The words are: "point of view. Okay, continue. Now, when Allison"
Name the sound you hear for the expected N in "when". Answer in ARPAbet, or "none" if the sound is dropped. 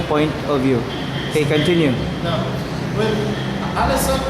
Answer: L